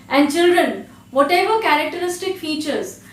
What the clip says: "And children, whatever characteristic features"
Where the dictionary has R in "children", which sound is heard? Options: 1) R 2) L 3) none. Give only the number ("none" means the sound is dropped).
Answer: 1